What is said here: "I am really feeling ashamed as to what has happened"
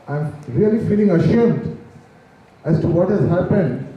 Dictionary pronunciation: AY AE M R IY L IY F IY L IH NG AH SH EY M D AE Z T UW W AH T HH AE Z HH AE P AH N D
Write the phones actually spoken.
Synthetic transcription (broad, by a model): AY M R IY L IY F IY L IH NG AH SH EY M D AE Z T UW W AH T HH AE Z HH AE P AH N D